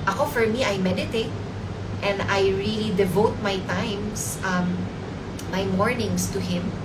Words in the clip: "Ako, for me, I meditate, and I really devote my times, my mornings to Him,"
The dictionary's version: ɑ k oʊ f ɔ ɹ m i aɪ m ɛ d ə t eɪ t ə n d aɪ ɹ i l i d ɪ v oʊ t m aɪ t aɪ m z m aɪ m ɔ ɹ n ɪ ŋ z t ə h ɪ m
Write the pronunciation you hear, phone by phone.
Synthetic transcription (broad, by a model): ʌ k oʊ f ɔ ɹ m i aɪ m ɛ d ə t eɪ t ə n d aɪ ɹ i l i d ɪ v oʊ t m aɪ t aɪ m s m aɪ m ɔ ɹ n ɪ ŋ s t ə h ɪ m